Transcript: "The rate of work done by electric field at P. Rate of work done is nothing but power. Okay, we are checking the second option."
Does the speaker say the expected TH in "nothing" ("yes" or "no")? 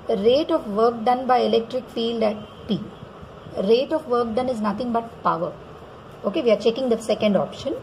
no